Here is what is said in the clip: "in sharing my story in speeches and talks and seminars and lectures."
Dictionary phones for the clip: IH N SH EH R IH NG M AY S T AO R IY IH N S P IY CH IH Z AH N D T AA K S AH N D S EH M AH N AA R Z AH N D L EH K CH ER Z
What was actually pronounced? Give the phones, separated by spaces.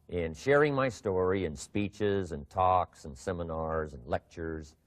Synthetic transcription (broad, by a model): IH N SH EH R IH NG M AY S T AO R IY IH N S P IY CH IH Z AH N T AA K S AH N S EH M AH N AA R Z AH N L EH K CH ER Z